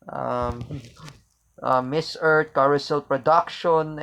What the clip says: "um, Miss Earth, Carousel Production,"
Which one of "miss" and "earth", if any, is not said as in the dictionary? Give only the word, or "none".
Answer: earth